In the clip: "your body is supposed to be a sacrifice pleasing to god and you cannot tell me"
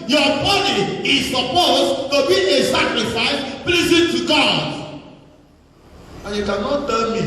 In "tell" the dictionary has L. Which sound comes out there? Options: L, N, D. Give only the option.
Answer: N